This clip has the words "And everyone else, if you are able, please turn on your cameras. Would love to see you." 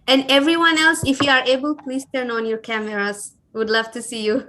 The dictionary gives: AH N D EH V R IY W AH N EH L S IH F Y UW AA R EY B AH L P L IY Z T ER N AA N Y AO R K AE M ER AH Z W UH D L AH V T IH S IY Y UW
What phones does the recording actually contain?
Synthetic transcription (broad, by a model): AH N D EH V R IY W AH N EH L S IH F Y UW AA R EY B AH L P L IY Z T ER N AA N Y AO R K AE M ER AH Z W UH D L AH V T IH S IY Y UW